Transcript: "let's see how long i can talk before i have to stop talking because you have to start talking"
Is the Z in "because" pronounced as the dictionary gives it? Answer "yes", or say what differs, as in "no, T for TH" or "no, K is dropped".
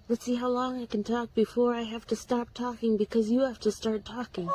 yes